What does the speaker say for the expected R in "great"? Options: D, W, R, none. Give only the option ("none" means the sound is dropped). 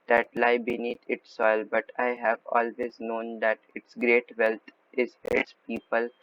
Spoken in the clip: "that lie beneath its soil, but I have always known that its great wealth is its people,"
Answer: R